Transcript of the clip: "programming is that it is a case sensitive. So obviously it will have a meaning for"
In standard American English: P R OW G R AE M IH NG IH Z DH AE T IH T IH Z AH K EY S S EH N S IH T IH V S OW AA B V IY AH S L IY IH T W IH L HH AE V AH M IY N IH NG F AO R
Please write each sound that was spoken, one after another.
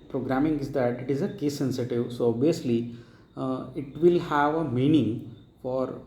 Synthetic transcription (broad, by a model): P R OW G R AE M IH NG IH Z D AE T IH T IH Z AH K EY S S EH N S IH T IH V S OW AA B IY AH S L IY IH T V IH L HH AE V AH M IY N IH NG F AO R